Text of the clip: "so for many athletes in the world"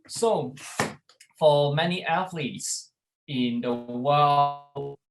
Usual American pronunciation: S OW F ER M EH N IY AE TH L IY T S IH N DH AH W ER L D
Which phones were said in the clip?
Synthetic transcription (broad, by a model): S OW F ER M EH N IY AE TH L IY T S IH N DH AH W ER L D